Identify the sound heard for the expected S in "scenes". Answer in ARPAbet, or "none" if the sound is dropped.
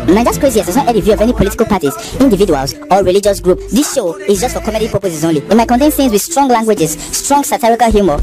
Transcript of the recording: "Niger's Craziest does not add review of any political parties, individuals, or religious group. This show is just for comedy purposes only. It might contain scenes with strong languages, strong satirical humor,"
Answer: TH